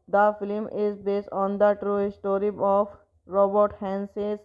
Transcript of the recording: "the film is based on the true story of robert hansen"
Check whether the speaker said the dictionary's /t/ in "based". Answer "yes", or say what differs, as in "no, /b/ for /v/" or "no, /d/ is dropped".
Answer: yes